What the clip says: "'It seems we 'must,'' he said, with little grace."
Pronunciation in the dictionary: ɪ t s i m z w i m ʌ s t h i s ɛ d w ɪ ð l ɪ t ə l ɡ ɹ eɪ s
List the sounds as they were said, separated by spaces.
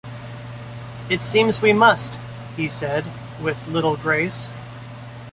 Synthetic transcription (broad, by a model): ɪ t s i m z w i m ʌ s t h i s ɛ d w ɪ ð l ɪ t l ɡ ɹ eɪ s